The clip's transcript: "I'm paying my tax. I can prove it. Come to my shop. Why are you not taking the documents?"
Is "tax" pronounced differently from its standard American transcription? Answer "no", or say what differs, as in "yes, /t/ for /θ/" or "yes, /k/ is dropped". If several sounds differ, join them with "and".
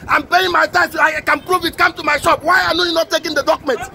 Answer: yes, /k/ is dropped